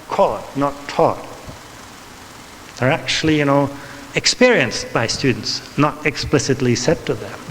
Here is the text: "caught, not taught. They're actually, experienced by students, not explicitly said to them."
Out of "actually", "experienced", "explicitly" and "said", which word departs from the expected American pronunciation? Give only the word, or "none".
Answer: actually